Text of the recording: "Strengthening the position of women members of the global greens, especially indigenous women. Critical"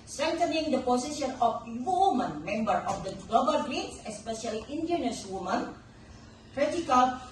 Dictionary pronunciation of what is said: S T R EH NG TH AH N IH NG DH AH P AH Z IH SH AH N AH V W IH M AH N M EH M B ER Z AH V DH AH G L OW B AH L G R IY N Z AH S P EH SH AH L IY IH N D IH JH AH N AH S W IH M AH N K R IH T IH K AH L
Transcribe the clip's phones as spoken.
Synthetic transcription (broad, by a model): S T R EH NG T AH N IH NG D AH P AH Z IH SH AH N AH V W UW M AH N M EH M B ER AH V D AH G L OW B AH L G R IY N S AH S P EH SH AH L IY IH N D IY AH N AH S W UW M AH N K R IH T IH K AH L